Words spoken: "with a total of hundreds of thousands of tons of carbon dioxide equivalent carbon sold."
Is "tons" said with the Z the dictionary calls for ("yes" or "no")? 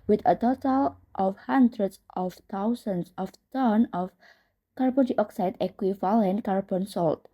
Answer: no